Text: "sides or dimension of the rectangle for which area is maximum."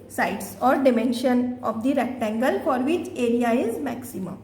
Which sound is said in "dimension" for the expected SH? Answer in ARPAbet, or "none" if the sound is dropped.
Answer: SH